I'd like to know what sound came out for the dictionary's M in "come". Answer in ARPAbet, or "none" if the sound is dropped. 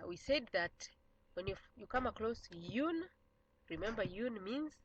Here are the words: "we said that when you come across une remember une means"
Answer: M